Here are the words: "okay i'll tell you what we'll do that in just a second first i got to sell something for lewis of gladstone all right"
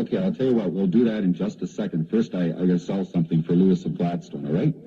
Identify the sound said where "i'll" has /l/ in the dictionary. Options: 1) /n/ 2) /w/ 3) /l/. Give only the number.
3